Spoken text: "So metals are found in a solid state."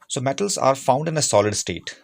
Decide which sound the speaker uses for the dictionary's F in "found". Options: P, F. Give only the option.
F